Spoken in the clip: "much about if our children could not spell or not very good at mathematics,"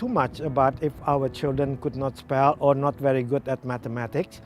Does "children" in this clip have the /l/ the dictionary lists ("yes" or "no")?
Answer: yes